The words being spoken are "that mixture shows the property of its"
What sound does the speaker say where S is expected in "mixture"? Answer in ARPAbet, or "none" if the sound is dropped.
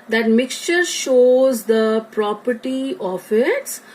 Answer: S